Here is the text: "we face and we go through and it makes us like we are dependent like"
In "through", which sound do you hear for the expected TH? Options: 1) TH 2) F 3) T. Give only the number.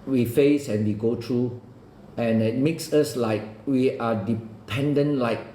3